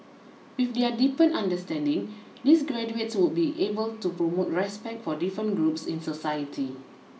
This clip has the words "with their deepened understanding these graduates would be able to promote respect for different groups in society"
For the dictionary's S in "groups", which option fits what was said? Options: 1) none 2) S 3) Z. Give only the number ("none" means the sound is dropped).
2